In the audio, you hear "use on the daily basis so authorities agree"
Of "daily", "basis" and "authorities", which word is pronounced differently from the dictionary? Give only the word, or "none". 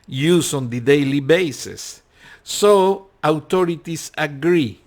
authorities